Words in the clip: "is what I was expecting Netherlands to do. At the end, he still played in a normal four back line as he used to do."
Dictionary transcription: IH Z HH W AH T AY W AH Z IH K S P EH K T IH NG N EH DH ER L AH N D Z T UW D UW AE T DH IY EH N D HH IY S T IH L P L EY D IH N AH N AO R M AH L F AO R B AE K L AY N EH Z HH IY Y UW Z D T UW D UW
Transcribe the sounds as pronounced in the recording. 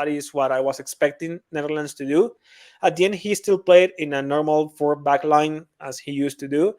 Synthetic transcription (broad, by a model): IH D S W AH T AY W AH S IH K S P EH K T IH NG N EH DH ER L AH N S T UW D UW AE T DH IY EH N D HH IY S T IH L P L EY D IH N AH N AO R M AH L F AO R B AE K L AY N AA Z HH IY Y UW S T UW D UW